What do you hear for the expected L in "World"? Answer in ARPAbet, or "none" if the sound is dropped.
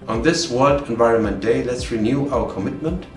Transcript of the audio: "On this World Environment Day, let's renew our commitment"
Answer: none